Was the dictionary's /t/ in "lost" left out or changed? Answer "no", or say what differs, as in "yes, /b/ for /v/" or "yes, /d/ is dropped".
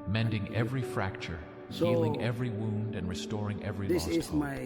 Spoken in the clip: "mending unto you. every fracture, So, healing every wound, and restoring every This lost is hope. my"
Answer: yes, /t/ is dropped